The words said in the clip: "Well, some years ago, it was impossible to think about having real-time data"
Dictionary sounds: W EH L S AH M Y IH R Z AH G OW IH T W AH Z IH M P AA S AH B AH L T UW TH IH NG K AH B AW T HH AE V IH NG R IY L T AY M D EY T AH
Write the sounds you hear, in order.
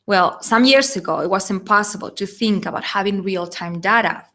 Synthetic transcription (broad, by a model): W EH L S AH M Y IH R S AH G OW IH T W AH S IH M P AA S AH B AH L T UW TH IH NG K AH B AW T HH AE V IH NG R IY L T AY M D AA T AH